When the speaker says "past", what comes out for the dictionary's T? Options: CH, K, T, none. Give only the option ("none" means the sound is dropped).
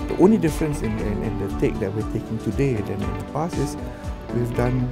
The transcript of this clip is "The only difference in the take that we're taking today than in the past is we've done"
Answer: none